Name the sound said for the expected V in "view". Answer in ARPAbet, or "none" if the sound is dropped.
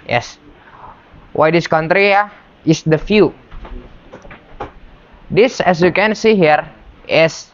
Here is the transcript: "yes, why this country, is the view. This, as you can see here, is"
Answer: F